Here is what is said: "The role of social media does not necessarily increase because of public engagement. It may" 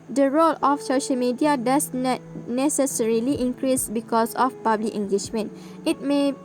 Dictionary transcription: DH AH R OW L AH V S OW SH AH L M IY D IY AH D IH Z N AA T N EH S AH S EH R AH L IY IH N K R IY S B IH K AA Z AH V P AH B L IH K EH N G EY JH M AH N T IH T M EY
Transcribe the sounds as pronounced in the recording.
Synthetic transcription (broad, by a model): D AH R OW L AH F S OW SH AH L M IY D IY AH D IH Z N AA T N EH S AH S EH R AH L IY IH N K R IY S B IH K AA S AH F P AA B L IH K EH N G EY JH M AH N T IH T M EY